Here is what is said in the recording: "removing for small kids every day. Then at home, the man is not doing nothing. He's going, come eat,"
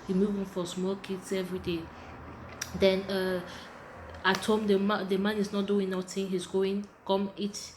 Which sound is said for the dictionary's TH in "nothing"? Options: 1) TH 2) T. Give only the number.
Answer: 2